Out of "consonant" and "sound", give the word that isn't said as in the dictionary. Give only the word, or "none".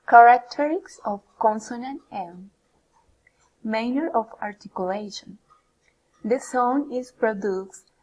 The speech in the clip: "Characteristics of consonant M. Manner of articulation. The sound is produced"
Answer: sound